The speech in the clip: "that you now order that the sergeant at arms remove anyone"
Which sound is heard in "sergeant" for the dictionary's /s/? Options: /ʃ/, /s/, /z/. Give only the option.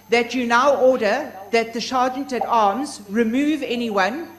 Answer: /ʃ/